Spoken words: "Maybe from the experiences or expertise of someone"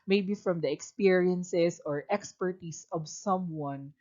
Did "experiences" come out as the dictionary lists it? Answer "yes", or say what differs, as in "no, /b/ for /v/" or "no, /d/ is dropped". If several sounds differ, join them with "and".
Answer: no, /s/ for /z/